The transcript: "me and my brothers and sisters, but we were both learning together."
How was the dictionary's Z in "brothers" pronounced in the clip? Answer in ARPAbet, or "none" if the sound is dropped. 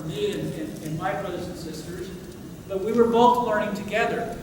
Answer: Z